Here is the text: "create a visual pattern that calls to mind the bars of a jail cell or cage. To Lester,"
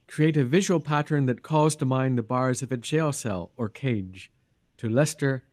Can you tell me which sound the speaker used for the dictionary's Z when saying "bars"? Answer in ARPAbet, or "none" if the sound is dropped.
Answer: Z